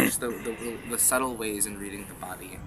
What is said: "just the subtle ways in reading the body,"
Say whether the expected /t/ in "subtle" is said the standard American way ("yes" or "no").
no